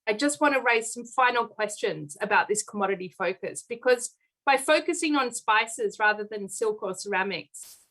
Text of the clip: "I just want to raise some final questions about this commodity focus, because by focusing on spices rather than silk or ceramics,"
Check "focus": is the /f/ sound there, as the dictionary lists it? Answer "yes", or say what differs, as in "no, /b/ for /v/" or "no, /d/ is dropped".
yes